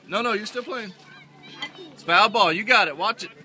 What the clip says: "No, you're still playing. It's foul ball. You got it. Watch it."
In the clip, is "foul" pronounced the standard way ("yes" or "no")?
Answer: no